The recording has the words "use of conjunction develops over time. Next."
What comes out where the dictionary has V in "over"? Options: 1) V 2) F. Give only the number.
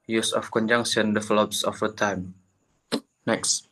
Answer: 2